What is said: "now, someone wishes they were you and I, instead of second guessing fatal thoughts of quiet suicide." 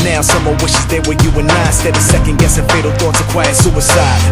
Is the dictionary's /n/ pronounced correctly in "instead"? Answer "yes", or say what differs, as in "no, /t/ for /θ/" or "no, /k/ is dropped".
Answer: no, /n/ is dropped